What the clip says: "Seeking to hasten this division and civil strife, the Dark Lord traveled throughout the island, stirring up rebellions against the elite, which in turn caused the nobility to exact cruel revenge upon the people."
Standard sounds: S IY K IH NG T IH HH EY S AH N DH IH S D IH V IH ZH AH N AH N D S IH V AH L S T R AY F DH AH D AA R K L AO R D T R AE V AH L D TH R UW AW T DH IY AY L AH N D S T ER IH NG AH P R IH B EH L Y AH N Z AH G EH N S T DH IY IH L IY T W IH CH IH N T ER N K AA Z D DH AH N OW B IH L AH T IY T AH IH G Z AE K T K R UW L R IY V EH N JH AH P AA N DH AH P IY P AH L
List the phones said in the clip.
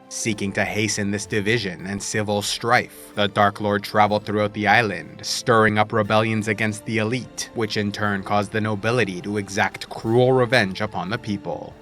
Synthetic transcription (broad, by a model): S IY K IH NG T IH HH EY S AH N DH IH S D IH V IH ZH AH N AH N S IH V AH L S T R AY F DH AH D AA R K L AO R D T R AE V L D TH R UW AW T DH IY AY L AH N D S T ER IH NG AH P R IH B EH L Y AH N Z AH G EH N S T DH IY IH L IY T W IH CH IH N T ER N K AA Z DH AH N OW B IH L AH T IY T AH IH G Z AE K T K R UW L R IY V EH N JH AH P AA N DH AH P IY P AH L